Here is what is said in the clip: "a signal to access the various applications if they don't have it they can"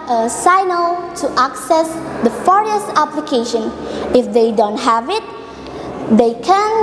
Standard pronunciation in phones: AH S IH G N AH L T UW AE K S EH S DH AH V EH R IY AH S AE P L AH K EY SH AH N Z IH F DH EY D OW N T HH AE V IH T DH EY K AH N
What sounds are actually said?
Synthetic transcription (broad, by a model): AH S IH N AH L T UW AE K S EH S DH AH F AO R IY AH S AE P L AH K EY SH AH N IH F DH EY D OW N T HH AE V IH T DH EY K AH N